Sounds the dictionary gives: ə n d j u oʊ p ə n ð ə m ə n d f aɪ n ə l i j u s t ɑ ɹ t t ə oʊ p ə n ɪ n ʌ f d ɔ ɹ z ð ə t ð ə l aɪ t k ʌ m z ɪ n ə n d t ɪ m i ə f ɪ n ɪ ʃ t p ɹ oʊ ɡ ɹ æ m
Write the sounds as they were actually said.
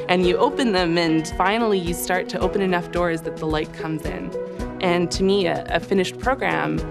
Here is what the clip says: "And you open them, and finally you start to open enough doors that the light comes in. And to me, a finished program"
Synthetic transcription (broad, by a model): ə n j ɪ oʊ p ə n ð ə m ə n f aɪ n l i j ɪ s t ɑ ɹ t t ə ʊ p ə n ɪ n ʌ f d ɔ ɹ z ð ə t ð ə l aɪ t k ʌ m z ɪ n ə n t ɪ m i ə f ɪ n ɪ ʃ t p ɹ oʊ ɡ ɹ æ m